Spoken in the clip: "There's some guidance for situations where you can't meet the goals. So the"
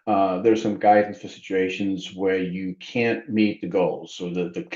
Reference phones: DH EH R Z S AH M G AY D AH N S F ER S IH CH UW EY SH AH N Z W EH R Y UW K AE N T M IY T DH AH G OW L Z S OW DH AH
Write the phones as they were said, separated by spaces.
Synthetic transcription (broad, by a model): DH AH R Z S AH M G AY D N F ER S IH CH UW EY SH AH N Z W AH R Y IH K AE N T M IY T DH AH G OW L Z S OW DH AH